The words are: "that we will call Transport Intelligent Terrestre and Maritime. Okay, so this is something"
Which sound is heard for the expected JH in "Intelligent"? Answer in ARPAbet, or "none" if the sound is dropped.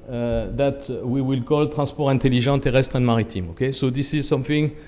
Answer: ZH